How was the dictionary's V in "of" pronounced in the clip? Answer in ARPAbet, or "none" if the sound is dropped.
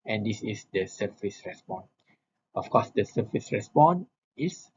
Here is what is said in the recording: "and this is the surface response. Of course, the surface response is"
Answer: F